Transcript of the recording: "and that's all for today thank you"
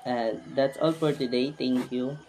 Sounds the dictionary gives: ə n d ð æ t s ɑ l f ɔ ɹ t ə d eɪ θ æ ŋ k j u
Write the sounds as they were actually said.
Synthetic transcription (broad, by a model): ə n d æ t s ɑ l f ɔ ɹ t ə d eɪ t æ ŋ k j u